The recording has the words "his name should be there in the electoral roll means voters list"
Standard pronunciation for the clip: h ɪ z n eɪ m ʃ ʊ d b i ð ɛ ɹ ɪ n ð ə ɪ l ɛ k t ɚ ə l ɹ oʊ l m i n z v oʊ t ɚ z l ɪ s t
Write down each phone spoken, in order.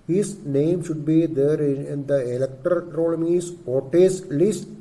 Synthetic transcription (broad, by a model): h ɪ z n eɪ m ʃ ʊ d b i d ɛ ɹ ɪ n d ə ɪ l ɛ k t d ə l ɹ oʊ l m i z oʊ t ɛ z l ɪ s t